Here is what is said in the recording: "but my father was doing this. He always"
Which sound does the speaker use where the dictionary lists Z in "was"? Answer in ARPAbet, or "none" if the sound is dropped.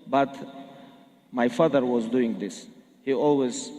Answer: Z